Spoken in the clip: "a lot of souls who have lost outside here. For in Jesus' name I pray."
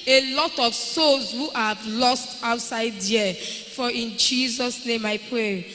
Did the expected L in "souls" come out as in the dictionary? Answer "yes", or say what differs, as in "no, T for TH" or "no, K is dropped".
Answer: no, L is dropped